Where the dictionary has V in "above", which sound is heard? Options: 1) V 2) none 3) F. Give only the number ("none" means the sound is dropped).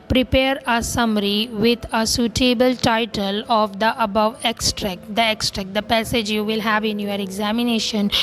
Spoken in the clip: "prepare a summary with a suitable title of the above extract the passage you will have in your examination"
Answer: 1